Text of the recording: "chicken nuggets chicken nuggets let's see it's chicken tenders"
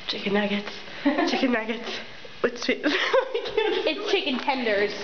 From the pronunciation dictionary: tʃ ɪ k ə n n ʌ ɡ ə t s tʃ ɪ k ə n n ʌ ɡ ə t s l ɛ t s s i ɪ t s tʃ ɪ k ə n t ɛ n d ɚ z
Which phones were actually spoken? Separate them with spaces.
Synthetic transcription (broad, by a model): tʃ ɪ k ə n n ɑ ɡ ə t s tʃ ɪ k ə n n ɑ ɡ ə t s w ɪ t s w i ɪ t s tʃ ɪ k ə n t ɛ n d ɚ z